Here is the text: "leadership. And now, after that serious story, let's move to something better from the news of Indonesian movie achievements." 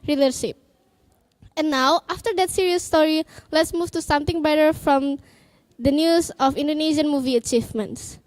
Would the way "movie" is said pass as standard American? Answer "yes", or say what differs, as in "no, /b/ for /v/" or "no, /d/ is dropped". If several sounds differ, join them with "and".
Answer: yes